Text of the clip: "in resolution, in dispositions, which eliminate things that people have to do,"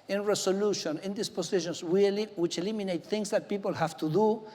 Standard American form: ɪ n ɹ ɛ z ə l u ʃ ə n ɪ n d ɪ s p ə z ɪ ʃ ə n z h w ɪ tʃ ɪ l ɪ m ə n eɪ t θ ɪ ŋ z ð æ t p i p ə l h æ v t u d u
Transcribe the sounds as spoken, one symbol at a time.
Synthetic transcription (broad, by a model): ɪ n ɹ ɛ s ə l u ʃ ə n ɪ n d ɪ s p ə s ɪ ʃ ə n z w w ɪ tʃ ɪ l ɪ m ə n eɪ t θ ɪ ŋ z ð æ t p i p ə l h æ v t u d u